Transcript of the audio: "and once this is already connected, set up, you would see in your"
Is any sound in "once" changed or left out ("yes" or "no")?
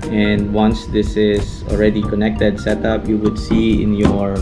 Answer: no